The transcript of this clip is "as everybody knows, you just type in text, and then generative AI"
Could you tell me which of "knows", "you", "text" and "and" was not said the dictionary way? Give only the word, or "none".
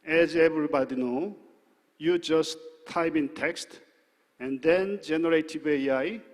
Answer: knows